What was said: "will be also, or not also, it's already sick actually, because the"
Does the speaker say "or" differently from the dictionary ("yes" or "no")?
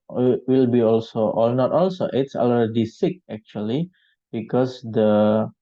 yes